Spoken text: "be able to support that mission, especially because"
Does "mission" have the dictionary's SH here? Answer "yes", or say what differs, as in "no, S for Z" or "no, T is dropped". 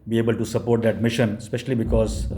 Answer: yes